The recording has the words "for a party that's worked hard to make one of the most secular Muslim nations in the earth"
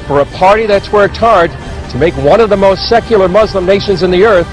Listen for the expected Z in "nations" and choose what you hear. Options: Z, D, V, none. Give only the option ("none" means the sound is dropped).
Z